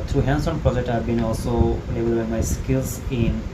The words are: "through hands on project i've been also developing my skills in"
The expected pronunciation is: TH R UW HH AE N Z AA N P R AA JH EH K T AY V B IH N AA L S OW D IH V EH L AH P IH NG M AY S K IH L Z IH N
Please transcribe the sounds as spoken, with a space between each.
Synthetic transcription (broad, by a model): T R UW HH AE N S AA N P R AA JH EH K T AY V B IH N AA L S OW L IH B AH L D B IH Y M AY S K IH L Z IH N